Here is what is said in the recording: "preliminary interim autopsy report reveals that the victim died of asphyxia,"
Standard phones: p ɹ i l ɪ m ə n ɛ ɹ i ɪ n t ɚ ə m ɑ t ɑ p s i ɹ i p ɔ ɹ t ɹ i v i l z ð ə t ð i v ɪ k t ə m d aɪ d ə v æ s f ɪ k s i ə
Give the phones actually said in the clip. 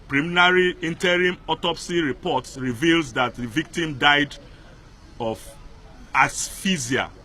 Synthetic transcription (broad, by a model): p ɹ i m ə n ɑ ɹ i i n t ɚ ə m ɑ t ɑ p s i ɹ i p ɔ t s ɹ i v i l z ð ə t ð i v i k t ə m d aɪ d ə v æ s f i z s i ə